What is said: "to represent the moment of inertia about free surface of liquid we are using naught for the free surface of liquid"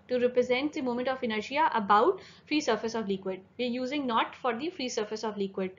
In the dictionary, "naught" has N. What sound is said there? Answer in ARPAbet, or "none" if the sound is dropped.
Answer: N